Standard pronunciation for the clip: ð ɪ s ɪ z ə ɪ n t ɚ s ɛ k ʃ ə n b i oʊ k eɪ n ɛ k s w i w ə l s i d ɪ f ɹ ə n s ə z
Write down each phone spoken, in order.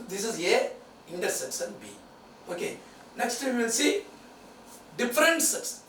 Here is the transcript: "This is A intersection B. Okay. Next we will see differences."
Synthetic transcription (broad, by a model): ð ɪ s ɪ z ə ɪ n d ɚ s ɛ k s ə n b i oʊ k eɪ n ɛ k s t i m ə n s i d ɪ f ɹ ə n s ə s